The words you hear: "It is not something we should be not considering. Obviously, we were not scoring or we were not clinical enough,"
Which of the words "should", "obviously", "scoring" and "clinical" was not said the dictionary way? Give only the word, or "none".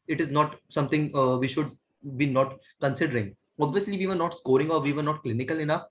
none